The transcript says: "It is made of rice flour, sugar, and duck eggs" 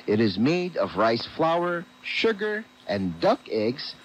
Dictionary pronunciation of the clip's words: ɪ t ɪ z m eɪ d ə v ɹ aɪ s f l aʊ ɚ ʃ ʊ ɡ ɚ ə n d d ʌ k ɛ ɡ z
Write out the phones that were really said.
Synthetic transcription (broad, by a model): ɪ t ɪ z m eɪ d ə v ɹ aɪ s f l aʊ ɚ ʃ ʊ ɡ ɚ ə n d d ʌ k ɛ ɡ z